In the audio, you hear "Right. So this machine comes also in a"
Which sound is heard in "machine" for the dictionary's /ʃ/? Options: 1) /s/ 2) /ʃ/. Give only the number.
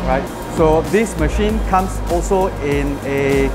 2